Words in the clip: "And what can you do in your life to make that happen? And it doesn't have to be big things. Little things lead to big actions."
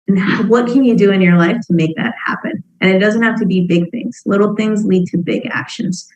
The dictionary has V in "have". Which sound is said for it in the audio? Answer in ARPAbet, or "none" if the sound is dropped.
F